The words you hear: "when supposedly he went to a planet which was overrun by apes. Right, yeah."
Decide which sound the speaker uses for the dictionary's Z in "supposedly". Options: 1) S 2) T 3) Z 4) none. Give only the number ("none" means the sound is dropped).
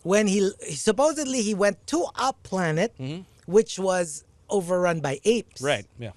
3